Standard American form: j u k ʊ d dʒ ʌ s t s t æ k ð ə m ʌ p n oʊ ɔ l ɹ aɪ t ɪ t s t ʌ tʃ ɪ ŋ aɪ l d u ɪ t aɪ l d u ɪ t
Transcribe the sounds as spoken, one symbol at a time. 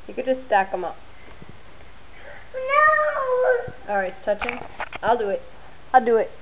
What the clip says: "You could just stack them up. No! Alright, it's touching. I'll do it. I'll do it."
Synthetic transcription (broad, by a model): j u k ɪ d dʒ ʌ s t s t æ k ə m ʌ p n oʊ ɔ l ɹ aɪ ɪ t s t ʌ tʃ ɪ ŋ aɪ l d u ɪ t aɪ l d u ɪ t